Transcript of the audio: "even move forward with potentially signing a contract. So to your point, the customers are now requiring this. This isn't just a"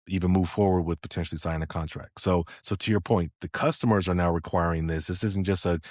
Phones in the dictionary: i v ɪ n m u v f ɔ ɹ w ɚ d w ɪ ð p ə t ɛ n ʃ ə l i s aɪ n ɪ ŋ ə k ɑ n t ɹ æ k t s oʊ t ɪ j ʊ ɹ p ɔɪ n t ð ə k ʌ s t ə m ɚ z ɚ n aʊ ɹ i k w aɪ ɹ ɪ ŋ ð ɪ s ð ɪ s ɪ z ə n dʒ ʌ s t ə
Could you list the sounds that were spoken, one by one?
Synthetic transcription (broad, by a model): i v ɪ n m u v f ɔ ɹ w ɚ d w ɪ ð p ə t ɛ n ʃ l i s aɪ ɪ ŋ ə k ɑ n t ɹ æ k t s oʊ t ɪ j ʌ ɹ p ɔɪ n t ð ə k ʌ s t ə m ɚ z ɚ n aʊ ɹ i k w aɪ ɹ ɪ ŋ ð ɪ s ð ɪ s ɪ z n dʒ ʌ s t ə